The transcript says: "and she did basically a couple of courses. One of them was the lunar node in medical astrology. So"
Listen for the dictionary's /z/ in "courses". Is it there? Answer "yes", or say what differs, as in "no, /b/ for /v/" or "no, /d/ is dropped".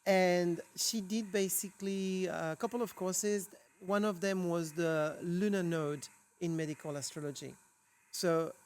yes